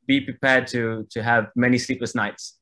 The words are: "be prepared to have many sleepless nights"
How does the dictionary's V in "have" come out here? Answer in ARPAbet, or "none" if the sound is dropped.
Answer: V